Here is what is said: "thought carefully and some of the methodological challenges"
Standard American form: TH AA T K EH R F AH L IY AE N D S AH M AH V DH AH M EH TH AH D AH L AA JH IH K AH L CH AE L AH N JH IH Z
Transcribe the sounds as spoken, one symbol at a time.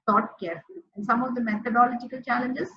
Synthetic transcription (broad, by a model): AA T K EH R AH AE N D S AH M AH V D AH M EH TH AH D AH L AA JH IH K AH L CH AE L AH N JH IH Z